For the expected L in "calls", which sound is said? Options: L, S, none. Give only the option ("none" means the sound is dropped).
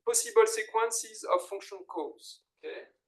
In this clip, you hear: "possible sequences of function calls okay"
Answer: none